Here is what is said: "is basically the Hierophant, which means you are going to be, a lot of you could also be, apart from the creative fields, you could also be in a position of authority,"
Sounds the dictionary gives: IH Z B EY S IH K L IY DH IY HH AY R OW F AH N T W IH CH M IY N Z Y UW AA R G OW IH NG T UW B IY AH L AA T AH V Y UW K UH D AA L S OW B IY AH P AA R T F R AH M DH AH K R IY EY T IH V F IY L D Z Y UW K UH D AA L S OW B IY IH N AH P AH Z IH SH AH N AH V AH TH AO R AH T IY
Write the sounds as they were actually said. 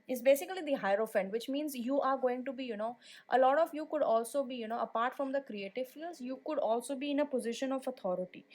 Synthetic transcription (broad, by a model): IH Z B EY S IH K L IY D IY HH AY R OW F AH N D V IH CH M IY N Z Y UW AA R G OW IH NG T UW B IY AH L AA T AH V Y UW K UH D AA L S OW B IY AH P AA R T F R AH M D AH K R IY EY T IH V F IY L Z Y UW K UH D AA L S OW B IY IH N AH P AH Z IH SH AH N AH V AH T AO R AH T IY